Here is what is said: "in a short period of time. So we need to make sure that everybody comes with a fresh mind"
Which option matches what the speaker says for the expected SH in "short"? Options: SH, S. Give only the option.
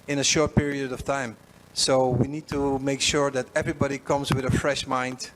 SH